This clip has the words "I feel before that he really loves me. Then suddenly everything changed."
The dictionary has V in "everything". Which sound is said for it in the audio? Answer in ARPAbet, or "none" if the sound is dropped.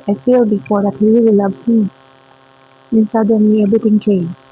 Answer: B